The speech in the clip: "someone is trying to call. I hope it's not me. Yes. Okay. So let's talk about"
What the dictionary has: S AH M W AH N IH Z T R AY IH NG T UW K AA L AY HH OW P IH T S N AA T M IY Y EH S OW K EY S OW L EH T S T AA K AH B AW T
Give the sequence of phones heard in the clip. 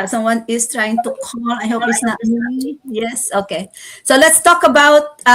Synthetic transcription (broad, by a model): S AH M W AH N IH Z T R AY IH NG T UW K AA L AY HH OW P IH T S N AA T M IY Y EH S OW K EY S OW L EH T S T AA K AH B AW T